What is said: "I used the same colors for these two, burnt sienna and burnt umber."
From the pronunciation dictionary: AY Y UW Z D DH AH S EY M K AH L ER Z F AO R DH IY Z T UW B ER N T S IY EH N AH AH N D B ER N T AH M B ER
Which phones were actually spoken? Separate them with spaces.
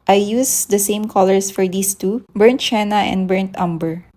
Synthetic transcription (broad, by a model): AY Y UW S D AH S EY M K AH L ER S F AO R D IY S T UW B ER N T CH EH N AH AH N D B ER N T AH M B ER